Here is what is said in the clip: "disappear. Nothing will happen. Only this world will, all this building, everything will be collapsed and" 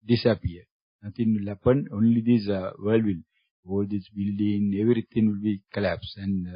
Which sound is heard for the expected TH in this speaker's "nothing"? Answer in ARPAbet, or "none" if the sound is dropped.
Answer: T